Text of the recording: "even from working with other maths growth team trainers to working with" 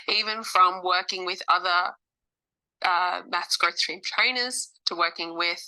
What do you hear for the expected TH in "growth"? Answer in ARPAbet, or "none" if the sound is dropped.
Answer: S